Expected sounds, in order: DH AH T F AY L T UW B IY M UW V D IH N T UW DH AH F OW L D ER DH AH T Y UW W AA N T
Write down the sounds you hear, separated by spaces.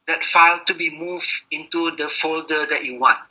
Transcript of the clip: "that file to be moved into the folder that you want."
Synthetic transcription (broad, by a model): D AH T F AY L T UW B IY M UW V IH N T UW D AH F OW L D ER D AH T Y UW W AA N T